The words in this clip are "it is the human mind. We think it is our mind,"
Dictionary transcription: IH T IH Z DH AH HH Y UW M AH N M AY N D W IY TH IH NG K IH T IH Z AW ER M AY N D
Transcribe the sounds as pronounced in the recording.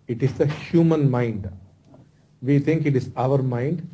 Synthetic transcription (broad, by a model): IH T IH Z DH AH HH Y UW M AH N M AY N D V IY T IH NG K IH T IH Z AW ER M AY N D